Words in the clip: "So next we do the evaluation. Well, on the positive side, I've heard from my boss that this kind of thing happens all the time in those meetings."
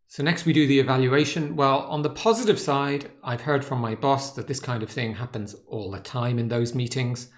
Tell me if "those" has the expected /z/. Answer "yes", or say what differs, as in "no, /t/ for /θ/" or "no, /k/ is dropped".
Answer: yes